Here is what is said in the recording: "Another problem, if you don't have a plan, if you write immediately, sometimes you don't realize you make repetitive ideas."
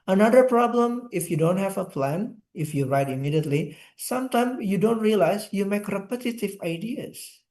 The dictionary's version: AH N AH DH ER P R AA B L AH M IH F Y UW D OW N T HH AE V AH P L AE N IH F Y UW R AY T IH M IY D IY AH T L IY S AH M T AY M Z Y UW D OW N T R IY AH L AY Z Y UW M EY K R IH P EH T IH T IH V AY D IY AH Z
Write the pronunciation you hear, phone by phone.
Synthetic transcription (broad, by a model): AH N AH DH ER P R AA B L AH M IH F Y UW D OW N T HH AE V AH P L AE N IH F Y UW R AY T IH M IY D IY AH T L IY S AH M T AY M Y UW D OW N T R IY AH L AY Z Y UW M EY K R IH P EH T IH T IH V AY D IY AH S